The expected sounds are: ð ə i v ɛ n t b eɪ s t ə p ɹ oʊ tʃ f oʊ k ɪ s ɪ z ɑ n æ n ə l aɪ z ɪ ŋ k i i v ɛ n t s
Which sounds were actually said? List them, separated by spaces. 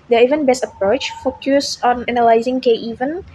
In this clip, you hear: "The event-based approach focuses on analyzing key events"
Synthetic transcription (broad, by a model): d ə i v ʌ n b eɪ s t ə p ɹ oʊ tʃ f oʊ k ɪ s ɑ n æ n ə l aɪ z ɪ ŋ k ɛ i v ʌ n